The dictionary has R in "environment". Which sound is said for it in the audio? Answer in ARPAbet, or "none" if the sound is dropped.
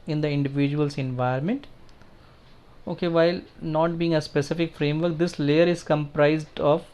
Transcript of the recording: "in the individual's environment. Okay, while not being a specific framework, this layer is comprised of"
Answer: none